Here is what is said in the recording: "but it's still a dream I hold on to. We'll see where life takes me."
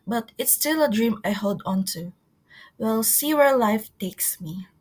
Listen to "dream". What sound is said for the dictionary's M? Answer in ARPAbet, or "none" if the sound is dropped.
M